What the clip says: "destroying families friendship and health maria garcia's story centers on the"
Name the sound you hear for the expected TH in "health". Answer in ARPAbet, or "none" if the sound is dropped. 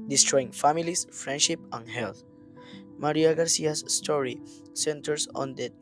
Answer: T